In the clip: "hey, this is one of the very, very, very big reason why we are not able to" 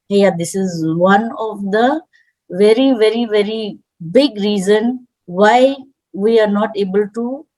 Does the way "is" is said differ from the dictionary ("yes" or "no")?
no